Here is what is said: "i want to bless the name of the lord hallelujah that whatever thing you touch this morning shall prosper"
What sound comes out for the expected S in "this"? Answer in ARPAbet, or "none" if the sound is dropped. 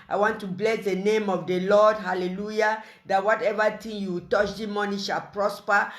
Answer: none